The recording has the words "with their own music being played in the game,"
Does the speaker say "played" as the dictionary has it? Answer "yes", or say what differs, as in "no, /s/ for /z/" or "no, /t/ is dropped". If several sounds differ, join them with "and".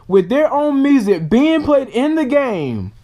no, /l/ is dropped